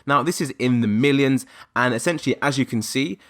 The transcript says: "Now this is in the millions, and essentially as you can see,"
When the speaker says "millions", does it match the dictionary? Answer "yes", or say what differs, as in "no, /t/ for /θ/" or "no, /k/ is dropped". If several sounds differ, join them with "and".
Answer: yes